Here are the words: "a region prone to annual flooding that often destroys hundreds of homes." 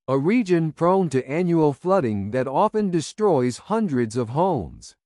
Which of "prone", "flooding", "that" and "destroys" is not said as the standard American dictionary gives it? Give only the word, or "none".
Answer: none